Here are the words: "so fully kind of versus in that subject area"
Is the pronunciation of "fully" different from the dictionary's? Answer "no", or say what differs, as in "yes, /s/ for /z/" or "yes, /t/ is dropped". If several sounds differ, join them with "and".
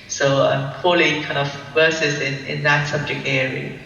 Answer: yes, /p/ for /f/